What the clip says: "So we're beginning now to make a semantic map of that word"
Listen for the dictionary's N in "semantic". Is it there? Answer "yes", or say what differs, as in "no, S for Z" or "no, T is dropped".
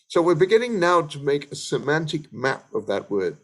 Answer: yes